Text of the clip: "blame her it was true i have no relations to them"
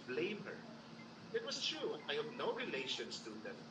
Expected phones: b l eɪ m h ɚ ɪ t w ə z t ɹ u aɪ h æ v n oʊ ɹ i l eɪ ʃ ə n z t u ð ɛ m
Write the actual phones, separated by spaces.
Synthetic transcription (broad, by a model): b l eɪ m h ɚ ɪ t w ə s t ɹ u aɪ h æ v n oʊ ɹ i l eɪ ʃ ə n s t u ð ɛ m